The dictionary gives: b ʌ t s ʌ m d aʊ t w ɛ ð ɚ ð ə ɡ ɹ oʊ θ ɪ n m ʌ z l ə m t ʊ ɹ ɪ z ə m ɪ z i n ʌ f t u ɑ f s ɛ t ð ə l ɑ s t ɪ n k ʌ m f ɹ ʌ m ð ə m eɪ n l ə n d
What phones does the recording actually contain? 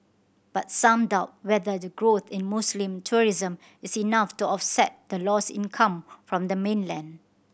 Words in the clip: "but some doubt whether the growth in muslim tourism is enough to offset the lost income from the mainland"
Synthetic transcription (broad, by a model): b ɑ t s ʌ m d aʊ t w ɛ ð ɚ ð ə ɡ ɹ oʊ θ ɪ n m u s l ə m t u ɹ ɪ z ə m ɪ s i n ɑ f t u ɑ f s ɛ t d ə l ɑ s ɪ n k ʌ m f ɹ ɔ m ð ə m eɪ n l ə n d